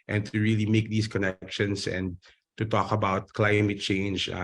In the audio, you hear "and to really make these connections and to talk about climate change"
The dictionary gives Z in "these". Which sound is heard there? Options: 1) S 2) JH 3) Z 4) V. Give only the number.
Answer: 1